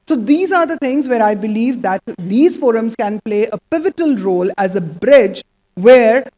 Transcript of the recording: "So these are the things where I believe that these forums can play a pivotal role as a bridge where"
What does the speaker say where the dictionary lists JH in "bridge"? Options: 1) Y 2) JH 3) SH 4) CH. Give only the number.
2